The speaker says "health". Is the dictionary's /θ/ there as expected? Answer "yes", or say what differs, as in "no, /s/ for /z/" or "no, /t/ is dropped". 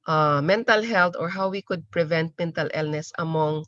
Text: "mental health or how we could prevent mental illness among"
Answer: no, /t/ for /θ/